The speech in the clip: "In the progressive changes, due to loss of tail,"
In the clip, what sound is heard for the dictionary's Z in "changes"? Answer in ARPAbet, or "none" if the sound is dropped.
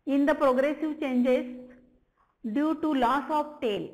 S